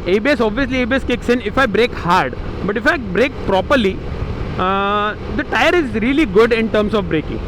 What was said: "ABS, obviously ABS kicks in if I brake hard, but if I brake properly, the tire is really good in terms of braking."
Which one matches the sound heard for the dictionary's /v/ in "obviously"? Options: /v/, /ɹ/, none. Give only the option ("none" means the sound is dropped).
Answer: /v/